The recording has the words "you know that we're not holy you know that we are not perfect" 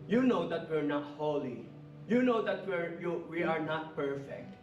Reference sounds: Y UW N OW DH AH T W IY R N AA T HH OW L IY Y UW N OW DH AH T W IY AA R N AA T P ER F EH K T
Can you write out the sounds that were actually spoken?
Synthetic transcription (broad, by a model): Y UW N OW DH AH T W IY R N AA T HH OW L IY Y UW N OW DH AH T W IY AA R N AA T P ER F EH K T